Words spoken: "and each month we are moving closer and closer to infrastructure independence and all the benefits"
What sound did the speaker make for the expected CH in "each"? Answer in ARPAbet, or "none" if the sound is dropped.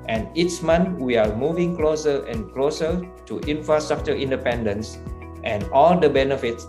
S